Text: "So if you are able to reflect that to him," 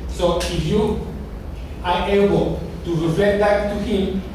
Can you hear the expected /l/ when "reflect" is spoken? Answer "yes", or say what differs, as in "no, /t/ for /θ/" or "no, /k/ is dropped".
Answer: no, /l/ is dropped